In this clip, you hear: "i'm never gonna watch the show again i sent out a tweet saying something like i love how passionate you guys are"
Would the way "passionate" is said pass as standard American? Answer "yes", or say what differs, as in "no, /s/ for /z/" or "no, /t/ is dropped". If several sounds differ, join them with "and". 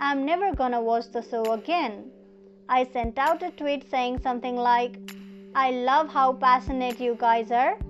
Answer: no, /s/ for /ʃ/